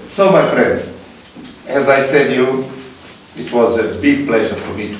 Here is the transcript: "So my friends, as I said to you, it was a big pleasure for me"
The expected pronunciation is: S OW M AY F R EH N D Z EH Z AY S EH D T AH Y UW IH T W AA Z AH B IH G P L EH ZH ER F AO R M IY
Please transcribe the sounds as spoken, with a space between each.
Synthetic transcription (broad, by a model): S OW M AY F R EH N D Z EH Z AY S EH D Y UW IH T W AA Z AH B IH G P L EH ZH ER F AO R M IY